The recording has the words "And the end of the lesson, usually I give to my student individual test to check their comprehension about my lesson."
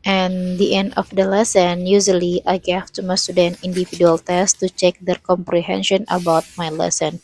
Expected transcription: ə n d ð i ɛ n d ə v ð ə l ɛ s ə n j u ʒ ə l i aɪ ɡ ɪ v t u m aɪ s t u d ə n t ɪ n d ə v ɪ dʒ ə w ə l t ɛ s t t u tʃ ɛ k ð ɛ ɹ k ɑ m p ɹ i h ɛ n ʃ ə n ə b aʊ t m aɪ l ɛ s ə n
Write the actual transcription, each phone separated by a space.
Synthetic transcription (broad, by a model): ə n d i ɛ n d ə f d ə l ɛ s ə n j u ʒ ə l i aɪ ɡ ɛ f t u m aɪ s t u d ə n i n d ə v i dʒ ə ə l t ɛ s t t u tʃ ɛ k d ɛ ɹ k ɑ m p ɹ i h ɛ n ʃ ə n ə b aʊ t m aɪ l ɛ s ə n